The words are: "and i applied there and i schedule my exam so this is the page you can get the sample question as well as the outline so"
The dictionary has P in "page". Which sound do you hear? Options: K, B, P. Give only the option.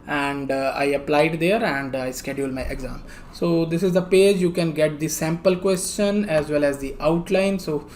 P